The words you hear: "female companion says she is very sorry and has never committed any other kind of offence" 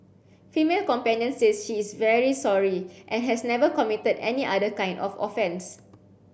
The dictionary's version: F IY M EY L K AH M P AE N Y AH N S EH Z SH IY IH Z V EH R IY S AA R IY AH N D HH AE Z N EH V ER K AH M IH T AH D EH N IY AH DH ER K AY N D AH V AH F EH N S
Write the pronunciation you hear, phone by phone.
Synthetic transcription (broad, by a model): F IY M EY L K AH M P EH N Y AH N S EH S SH IY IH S V EH R IY S AA R IY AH N HH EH S N EH V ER K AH M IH T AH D EH N IY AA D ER K AY N D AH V AH F EH N S